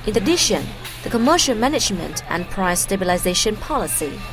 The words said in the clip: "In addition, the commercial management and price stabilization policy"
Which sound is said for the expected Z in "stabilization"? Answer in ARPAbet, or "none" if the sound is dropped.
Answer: Z